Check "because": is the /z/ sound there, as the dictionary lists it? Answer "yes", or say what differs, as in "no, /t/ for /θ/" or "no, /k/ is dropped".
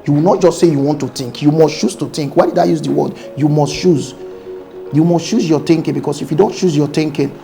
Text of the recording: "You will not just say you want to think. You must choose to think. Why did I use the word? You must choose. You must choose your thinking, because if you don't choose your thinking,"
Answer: no, /s/ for /z/